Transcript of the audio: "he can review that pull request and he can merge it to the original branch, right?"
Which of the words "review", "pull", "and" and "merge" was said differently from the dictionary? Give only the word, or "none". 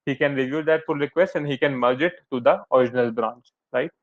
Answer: pull